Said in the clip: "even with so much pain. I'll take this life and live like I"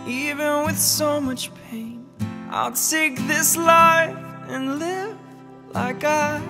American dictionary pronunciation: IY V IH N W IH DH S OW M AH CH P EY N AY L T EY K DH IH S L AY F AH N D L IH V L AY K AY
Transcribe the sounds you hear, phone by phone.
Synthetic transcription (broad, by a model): IY V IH N W IH DH S OW M AH CH P EY N AY L S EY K DH IH S L AY F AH N L IH V L AY K AY